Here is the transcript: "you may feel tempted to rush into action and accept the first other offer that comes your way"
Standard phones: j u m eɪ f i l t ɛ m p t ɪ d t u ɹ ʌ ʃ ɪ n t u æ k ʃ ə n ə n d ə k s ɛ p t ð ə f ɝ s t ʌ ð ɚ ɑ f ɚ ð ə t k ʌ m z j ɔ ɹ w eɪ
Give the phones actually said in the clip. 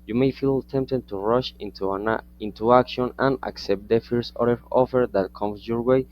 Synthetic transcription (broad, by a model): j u m eɪ f i l t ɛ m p t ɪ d t u ɹ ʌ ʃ ɪ n t u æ k ʃ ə n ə n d ə k s ɛ p t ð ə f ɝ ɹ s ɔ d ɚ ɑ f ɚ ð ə t k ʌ m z j ɔ ɹ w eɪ